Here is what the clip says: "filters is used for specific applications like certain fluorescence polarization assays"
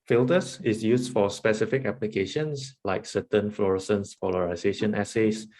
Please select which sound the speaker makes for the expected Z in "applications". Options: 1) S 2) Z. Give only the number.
1